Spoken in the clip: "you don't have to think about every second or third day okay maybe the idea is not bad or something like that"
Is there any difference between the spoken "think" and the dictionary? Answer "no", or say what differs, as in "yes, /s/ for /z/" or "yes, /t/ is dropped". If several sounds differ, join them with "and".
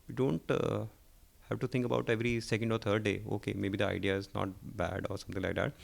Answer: yes, /t/ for /θ/